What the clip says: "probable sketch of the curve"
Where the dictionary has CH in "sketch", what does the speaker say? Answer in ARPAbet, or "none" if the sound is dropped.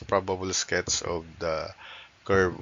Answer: S